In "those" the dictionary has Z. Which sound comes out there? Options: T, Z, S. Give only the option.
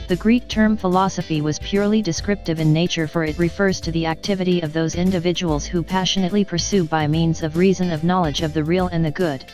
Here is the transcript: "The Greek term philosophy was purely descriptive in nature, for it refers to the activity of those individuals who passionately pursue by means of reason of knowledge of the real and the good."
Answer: Z